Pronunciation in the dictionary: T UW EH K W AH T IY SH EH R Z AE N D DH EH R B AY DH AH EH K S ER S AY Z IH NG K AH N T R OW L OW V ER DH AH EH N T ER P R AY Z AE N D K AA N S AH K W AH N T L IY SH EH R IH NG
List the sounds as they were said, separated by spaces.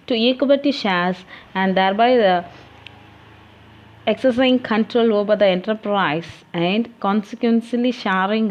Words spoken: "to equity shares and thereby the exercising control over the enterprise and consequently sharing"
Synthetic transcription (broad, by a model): T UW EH K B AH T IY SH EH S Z AE N D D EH R B AY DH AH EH K S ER S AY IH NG K AH N T R OW L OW B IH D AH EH N T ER P R AY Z AE N D K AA N S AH K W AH N S L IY SH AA R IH NG